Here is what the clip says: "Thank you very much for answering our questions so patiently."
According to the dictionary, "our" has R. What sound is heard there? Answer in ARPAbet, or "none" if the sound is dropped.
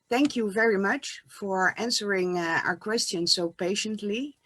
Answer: R